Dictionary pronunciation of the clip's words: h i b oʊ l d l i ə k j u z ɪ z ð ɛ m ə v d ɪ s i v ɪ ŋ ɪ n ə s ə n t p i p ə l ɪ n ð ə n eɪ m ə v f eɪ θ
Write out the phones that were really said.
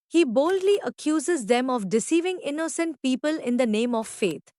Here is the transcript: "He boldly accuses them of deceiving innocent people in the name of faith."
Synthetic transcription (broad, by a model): h i b oʊ l d l i ə k j u z ɪ z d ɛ m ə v d ɪ s i v ɪ ŋ ɪ n ə s ə n t p i p ə l ɪ n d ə n eɪ m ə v f eɪ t